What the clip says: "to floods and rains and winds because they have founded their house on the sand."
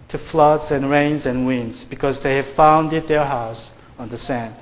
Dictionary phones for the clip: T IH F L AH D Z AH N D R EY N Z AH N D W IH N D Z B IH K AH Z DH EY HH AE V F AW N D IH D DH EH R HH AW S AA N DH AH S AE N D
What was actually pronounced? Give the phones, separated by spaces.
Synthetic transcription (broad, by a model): T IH F L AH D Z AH N R EY N Z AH N W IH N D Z B IH K AH Z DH EY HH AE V F AW N D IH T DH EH R HH AW S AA N DH AH S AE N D